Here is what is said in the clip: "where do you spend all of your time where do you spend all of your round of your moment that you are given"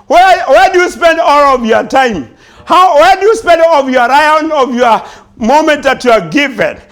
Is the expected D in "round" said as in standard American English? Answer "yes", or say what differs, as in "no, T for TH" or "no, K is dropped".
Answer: no, D is dropped